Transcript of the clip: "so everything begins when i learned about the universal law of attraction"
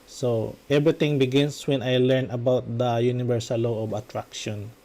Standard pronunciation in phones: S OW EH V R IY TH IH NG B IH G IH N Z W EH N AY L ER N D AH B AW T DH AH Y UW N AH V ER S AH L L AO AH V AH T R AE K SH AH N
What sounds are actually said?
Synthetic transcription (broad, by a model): S OW EH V R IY T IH NG B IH G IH N S W EH N AY L ER N AH B AW T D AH Y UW N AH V ER S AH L L AO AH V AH T R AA K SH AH N